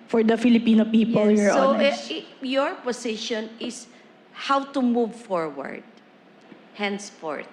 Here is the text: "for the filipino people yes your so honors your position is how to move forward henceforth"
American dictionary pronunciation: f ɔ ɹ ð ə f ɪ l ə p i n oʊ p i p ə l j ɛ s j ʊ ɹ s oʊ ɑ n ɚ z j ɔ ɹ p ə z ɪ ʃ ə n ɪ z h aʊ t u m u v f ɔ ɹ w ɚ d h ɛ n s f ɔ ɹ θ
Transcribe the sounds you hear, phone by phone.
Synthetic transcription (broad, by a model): f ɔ ɹ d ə f ɪ l ə p i n oʊ p i p ə l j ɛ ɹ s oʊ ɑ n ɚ j ɔ ɹ p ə s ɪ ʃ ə n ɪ s h aʊ t u m u v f ɔ ɹ w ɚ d h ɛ n s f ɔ ɹ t